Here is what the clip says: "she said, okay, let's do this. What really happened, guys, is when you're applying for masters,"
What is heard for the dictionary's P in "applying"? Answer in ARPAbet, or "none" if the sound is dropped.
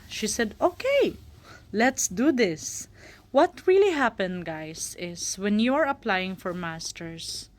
P